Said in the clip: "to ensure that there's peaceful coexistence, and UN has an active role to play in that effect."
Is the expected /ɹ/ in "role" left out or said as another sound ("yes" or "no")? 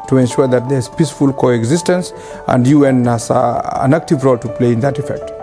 no